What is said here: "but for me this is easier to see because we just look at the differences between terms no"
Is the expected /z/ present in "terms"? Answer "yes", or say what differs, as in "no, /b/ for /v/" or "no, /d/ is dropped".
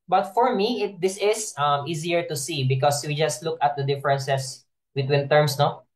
no, /s/ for /z/